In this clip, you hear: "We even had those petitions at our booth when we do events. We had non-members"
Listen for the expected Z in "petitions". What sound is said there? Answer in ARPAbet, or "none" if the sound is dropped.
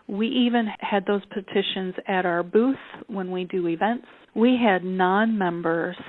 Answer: Z